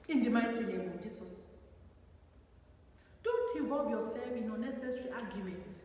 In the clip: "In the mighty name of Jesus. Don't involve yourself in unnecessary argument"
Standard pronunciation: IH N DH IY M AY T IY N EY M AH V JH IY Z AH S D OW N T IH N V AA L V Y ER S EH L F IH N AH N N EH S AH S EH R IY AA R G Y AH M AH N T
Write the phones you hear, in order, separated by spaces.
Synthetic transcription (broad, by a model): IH N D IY M AY T IY L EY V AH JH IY S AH S D OW N T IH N V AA L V Y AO S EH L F IH N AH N N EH S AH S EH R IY AA G Y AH M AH N T